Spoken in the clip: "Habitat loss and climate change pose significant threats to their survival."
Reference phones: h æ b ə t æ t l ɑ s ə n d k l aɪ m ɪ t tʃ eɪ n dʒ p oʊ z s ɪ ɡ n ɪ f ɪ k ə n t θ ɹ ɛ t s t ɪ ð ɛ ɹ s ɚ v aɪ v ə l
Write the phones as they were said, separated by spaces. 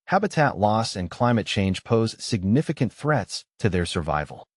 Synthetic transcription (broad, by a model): h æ b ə t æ t l ɑ s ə n k l aɪ m ɪ t tʃ eɪ n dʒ p oʊ z s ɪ ɡ n ɪ f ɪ k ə n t θ ɹ ɛ t s t ɪ ð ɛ ɹ s ɚ v aɪ v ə l